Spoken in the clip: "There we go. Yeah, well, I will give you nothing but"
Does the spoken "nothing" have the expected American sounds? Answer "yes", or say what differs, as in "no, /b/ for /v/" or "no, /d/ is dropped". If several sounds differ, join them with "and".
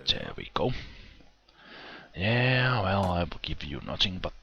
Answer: no, /t/ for /θ/